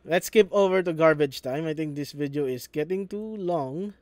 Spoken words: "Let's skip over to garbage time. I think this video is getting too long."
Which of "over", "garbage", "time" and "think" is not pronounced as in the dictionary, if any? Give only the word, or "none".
think